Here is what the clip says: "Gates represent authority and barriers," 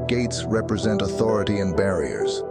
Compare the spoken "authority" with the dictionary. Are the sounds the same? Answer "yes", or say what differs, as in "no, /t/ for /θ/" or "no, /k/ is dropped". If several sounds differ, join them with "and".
yes